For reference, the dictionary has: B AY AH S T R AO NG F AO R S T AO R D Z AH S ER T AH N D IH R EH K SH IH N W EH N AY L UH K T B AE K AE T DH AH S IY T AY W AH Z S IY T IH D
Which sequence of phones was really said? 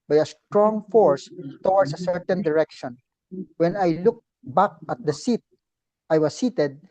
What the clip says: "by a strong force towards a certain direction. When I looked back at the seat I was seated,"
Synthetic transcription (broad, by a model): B AY AH S T R AO NG F AO R S T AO W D S AH S ER T AH N D IH R EH K SH IH N W EH N AY L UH K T B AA K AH T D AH S IY T AY W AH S IY T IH D